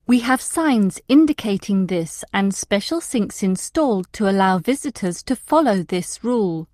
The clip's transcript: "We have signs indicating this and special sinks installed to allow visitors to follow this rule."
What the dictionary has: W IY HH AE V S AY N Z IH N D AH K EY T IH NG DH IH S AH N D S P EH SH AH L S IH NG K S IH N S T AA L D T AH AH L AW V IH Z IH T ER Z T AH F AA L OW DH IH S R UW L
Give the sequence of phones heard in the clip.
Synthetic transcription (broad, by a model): W IY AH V S AY N Z IH N D AH K EY T IH NG DH IH S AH N S P EH SH AH L S IH NG K S IH N S T AA L D T AH AH L AW V IH Z IH T ER Z T AH F AA L OW DH IH S R UW L